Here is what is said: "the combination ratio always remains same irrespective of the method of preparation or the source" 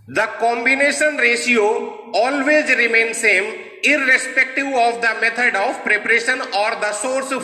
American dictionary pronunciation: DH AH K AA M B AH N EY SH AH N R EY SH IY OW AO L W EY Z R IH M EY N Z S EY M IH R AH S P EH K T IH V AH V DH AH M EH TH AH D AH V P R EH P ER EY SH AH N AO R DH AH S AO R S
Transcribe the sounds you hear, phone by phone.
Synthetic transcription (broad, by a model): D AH K AA M B AH N EY SH AH N R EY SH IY OW AO L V EY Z R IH M EY N S EY M IH R AH S P EH K T IH V AH V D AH M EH T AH D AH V P R EH P ER EY SH AH N AO R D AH S AO R S